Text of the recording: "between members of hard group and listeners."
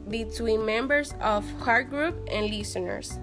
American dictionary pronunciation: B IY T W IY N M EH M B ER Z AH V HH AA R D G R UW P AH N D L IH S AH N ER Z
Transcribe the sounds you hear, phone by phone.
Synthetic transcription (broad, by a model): B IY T W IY N M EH M B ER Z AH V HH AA R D G R UW P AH N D L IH S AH N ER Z